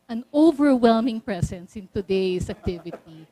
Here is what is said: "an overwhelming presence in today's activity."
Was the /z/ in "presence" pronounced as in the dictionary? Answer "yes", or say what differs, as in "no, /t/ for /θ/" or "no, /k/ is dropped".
no, /s/ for /z/